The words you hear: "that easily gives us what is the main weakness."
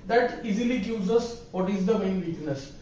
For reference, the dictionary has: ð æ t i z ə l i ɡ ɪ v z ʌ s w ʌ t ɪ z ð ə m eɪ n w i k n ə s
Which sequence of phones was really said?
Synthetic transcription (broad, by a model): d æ t i z ə l i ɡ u z ʌ s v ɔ t ɪ z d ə m eɪ n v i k n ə s